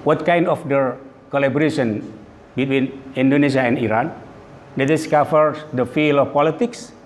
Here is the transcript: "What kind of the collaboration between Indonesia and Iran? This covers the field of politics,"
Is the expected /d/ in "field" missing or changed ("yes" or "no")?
yes